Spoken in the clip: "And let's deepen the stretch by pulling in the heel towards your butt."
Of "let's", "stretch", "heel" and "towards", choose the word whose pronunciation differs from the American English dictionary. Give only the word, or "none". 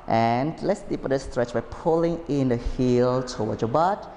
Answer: towards